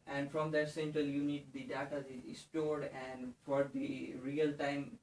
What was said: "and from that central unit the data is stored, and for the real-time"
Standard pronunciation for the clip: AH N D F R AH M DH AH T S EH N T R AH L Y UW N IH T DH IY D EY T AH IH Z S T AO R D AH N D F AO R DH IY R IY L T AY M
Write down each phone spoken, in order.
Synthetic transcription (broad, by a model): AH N D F R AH M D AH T S EH N T R AH L Y UW N IH T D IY D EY T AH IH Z S T AO R D AH N D F AO R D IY R IY L T AY M